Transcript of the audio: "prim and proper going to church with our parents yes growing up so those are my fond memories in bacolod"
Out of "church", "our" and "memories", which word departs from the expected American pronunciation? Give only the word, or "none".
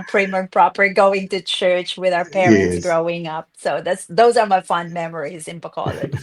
none